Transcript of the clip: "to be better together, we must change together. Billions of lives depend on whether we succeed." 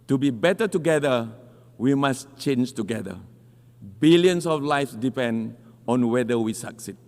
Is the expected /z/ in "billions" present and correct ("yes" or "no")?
no